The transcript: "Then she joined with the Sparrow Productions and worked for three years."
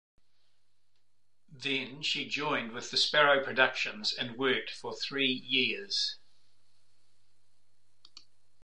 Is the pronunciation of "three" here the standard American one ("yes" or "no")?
yes